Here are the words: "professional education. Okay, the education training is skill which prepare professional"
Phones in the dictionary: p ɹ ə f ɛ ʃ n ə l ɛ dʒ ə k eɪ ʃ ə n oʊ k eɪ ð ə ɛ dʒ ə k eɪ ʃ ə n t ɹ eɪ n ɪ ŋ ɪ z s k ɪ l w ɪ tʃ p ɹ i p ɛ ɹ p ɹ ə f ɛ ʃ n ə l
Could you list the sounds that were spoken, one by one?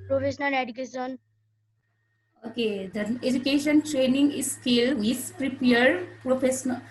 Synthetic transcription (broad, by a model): p ɹ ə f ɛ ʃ n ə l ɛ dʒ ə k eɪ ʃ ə n oʊ k eɪ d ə ɛ dʒ ə k eɪ ʃ ə n t ɹ eɪ n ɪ ŋ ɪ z s k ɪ l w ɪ s p ɹ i p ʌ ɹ p ɹ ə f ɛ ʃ n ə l